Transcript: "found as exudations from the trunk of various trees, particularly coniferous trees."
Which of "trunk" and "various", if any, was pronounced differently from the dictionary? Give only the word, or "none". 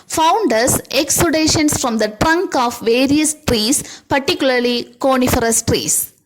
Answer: none